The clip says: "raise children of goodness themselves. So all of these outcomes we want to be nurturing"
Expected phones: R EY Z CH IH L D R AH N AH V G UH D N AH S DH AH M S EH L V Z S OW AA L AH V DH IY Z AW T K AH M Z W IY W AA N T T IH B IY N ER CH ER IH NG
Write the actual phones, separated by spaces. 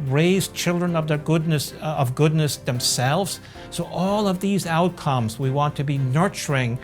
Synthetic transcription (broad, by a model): R EY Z CH IH L D R AH N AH V G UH D N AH S DH AH M S EH L V Z S OW AA L AH V DH IY Z AW T K AH M Z W IY W AA N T T IH B IY N ER CH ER IH NG